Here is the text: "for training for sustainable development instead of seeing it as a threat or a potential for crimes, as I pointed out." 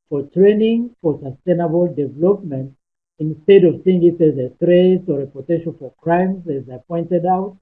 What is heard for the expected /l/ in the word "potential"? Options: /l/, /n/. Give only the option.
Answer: /n/